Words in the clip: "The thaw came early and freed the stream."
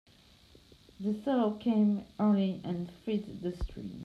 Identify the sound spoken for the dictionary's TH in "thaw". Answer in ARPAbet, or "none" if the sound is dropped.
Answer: S